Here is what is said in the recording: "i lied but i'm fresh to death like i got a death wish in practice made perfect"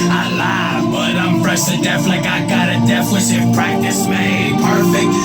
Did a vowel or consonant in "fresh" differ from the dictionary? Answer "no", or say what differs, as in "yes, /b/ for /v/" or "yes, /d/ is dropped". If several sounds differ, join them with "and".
yes, /p/ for /f/